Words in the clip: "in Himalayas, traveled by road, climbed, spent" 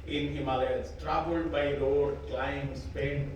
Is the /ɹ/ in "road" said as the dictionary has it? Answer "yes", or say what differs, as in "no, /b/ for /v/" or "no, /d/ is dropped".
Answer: no, /l/ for /ɹ/